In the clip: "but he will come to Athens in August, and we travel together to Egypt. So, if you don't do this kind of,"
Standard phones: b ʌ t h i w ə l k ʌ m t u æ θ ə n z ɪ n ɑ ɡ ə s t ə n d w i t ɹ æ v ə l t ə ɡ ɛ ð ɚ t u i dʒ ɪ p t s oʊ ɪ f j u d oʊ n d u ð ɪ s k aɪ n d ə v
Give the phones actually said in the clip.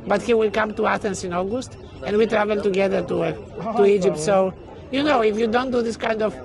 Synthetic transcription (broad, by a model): b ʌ t h i w ə l k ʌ m t u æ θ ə n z ɪ n ɑ ɡ ə s t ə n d w i t ɹ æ v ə l t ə ɡ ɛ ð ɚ t u i dʒ ɪ p t s oʊ ɪ f j u d oʊ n d u ð ɪ s k aɪ n d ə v